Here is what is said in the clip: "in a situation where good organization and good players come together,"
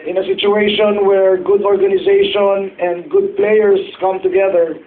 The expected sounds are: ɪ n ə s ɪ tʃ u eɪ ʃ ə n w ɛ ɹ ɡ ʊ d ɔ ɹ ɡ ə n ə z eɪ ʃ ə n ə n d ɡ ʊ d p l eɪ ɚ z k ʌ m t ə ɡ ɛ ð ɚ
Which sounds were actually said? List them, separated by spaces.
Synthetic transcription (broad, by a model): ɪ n ə s ɪ tʃ u eɪ ʃ ə n w ɛ ɹ ɡ ʊ d ɔ ɹ ɡ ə n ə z eɪ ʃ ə n ə n d ɡ ʊ d p l eɪ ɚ s k ʌ m t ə ɡ ɛ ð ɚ